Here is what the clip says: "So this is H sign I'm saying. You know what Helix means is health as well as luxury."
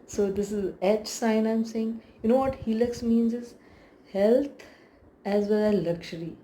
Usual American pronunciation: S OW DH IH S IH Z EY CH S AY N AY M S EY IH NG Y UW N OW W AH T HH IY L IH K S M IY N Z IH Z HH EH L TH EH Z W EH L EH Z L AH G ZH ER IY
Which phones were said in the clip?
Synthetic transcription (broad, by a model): S OW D IH S IH Z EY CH S AY N AY M S EY IH NG Y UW N OW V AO T HH IY L IH K S M IY N Z IH Z HH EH L T EH Z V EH L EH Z L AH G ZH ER IY